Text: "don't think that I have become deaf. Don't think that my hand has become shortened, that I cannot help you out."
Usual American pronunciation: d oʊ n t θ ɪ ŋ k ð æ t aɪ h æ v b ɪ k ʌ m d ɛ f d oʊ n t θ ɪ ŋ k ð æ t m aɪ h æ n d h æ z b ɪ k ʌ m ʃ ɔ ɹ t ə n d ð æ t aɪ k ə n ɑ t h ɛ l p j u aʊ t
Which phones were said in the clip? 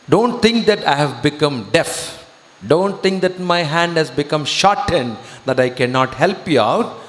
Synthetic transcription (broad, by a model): d oʊ n t t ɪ ŋ k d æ t aɪ h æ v b ɪ k ʌ m d ɛ f d oʊ n t t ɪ ŋ k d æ t m aɪ h æ n d h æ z b ɪ k ʌ m ʃ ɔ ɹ t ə n d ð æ t aɪ k ə n ɑ t h ɛ l p j u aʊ t